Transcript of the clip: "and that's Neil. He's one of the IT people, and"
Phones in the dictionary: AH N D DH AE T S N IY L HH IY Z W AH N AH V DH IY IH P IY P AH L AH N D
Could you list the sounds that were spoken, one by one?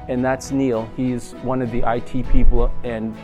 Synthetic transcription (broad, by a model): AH N DH AE T S N IY L HH IY Z W AH N AH V DH IY IH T IY P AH L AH N